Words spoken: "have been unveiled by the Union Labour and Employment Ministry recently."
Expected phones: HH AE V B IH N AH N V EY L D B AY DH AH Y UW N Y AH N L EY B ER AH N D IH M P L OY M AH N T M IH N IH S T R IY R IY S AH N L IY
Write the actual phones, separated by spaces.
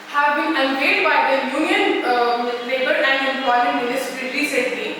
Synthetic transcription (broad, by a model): HH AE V B IH N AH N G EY D B AY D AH Y UW N Y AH N L EY B ER AH N D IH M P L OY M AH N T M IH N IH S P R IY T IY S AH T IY